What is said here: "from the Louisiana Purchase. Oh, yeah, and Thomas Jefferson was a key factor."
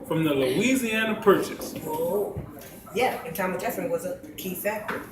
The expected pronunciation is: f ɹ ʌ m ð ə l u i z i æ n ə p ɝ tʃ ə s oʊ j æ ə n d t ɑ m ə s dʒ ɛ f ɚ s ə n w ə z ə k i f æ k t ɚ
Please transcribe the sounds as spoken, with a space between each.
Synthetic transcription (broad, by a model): f ɹ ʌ m ð ə l u i z i æ n ə p ɝ tʃ ə s oʊ j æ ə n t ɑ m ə dʒ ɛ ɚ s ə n w ə z ə k i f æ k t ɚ